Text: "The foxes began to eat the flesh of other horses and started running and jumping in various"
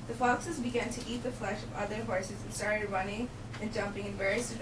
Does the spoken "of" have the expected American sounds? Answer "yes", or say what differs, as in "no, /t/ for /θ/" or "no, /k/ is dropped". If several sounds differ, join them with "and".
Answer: yes